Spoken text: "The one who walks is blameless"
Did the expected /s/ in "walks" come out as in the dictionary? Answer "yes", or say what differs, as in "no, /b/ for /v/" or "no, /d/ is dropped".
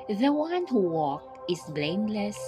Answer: no, /s/ is dropped